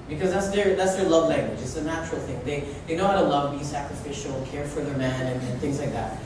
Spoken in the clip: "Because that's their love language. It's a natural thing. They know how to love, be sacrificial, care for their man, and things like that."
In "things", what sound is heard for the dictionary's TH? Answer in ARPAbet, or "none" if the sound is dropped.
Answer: TH